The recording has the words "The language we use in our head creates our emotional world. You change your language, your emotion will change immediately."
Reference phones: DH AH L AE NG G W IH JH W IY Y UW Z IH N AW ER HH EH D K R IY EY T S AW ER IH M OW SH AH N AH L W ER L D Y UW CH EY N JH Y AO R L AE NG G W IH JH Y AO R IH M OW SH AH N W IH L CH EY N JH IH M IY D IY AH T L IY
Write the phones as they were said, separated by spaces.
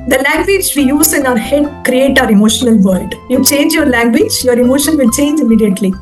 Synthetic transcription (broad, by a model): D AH L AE NG G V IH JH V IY Y UW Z IH N AW ER HH EH D K R IY EY T AW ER IH M OW SH AH N AH L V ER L D Y UW CH EY N JH Y AO R L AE NG G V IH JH Y AO R IH M OW SH AH N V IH L CH EY N JH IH M IY D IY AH T L IY